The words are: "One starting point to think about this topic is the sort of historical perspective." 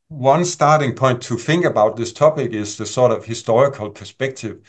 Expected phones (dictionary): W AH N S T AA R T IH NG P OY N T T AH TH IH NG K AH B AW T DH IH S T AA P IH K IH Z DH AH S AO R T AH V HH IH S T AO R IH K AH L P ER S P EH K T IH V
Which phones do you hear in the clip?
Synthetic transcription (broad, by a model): W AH N S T AA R T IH NG P OY N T T AH TH IH NG K AH B AW T DH IH S T AA P IH K IH Z DH AH S AO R T AH V HH IH S T AO R IH K AH L P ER S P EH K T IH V